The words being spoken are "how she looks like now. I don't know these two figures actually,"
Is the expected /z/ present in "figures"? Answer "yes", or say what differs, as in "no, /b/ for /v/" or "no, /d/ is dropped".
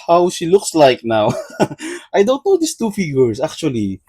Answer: no, /s/ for /z/